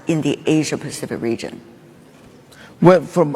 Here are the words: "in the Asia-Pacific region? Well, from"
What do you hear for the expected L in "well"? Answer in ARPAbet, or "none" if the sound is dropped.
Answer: N